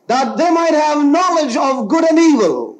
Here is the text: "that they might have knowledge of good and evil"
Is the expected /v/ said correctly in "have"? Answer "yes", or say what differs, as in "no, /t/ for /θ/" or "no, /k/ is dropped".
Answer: yes